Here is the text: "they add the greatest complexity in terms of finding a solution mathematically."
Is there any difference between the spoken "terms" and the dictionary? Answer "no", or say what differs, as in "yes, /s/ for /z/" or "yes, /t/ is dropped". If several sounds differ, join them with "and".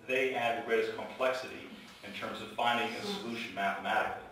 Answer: no